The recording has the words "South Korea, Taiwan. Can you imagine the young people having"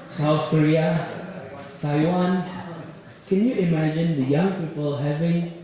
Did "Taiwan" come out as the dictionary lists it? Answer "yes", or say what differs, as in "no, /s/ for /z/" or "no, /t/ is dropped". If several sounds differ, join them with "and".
yes